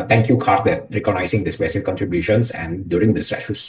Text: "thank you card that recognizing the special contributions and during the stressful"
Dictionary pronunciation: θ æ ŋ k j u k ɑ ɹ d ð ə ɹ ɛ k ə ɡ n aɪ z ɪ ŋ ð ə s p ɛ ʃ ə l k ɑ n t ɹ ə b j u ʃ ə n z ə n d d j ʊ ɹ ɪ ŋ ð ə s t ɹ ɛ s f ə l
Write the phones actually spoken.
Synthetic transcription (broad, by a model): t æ ŋ k j u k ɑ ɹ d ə ɹ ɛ k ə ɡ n aɪ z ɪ ŋ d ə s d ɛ s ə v k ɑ n t ɹ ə b j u ʃ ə n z ə n d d j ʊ ɹ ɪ ŋ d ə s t ɹ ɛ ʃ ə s